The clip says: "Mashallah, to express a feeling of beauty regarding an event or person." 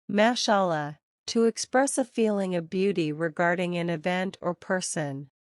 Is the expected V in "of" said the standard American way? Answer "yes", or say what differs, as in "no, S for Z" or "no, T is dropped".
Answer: yes